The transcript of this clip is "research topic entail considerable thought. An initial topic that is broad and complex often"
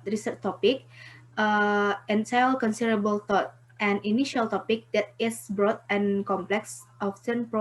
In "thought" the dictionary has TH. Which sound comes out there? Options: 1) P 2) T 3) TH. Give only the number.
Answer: 2